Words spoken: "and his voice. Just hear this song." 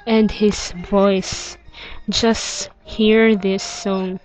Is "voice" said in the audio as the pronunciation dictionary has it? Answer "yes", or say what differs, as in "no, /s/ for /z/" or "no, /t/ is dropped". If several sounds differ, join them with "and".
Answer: yes